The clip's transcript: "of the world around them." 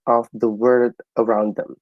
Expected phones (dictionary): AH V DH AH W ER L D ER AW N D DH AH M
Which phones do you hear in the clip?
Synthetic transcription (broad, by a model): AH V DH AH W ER D ER AW N D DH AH M